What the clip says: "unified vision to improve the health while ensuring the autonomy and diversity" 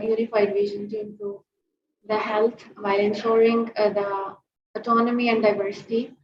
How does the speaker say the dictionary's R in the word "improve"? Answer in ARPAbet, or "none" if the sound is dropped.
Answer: none